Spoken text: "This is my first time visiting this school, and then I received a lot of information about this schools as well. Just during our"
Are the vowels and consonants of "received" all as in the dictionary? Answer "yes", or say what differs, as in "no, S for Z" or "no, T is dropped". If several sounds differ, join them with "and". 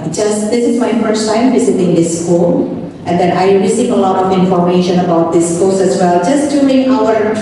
no, D is dropped